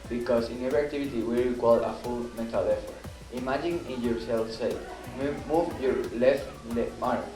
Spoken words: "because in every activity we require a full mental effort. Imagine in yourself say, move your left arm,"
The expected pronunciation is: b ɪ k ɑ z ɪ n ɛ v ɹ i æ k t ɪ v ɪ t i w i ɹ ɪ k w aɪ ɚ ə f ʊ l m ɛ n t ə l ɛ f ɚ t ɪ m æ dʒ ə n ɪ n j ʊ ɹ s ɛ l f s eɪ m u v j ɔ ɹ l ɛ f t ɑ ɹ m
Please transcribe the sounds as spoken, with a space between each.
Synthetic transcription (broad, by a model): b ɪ k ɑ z ɪ n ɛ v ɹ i k t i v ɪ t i w i ɹ ɪ k w aɪ ɚ ə f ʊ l m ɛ t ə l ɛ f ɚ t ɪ m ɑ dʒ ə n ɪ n j ʊ ɹ s ɛ l f s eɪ m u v j ɔ ɹ l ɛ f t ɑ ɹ